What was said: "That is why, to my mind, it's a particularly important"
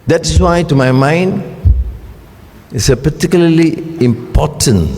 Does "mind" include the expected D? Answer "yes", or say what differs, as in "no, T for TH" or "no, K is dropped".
yes